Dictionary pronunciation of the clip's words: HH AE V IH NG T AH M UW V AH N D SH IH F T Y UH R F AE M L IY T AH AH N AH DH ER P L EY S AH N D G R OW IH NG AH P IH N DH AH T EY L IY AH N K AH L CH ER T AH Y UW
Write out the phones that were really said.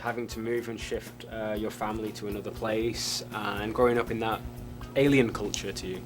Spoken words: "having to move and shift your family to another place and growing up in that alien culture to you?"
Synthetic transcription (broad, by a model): HH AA V IH NG T AH M UW V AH N SH IH F T Y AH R F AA M L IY T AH AH N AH DH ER P L EY S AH N G R OW IH NG AH P IH N DH AH T EY L IY AH N K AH L CH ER T AH Y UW